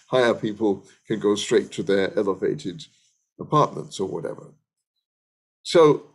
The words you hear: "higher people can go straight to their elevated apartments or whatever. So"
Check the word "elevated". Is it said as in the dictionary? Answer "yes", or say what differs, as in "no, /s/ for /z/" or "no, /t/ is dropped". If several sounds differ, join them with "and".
yes